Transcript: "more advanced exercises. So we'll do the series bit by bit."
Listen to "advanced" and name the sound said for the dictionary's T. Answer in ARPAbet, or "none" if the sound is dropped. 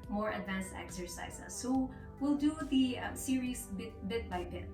T